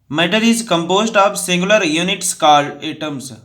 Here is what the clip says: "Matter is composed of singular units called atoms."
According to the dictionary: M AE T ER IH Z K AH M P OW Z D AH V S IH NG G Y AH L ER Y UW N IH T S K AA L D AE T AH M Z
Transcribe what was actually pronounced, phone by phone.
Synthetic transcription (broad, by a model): M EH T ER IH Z K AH M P OW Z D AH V S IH NG G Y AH L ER Y UW N IH T S K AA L EH T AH M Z